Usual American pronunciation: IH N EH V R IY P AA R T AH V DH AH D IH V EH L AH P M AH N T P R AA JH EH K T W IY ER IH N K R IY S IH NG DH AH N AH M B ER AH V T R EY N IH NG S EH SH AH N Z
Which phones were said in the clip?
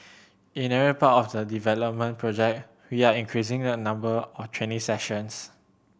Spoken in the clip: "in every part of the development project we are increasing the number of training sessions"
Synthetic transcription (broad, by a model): IH N EH R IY P AA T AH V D AH D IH V EH L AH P M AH N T P R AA JH EH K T W IY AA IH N K R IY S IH NG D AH N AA M B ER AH F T W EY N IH S EH SH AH N S